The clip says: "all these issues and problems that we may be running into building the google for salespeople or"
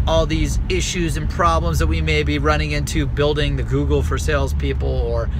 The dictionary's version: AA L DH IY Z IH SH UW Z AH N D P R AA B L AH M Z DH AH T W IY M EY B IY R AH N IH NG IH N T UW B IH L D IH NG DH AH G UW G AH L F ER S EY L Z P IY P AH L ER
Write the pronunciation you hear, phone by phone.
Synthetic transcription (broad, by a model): AA L DH IY Z IH SH UW Z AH N P R AA B L AH M Z DH AH T W IY M EY B IY R AH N IH NG IH N T UW B IH L D IH NG DH AH G UW G L F ER S EY L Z P IY P L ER